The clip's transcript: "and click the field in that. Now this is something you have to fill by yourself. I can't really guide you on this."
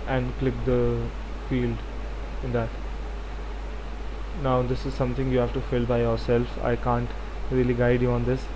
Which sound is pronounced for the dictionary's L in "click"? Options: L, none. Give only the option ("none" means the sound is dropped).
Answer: L